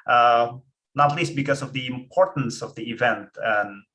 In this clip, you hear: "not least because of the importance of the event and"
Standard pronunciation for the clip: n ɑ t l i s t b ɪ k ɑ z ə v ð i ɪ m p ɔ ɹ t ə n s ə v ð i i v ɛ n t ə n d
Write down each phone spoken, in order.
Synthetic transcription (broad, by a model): n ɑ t l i s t b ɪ k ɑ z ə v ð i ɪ m p ɔ ɹ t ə n s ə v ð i i v ɛ n t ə n